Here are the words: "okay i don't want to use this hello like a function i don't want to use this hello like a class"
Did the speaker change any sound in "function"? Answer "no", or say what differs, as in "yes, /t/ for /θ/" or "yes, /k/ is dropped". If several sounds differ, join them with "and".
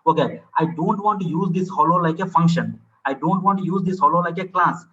no